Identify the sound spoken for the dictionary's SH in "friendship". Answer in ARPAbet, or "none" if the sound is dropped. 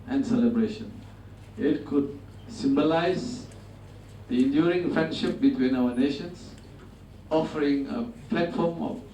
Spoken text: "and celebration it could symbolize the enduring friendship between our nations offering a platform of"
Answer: SH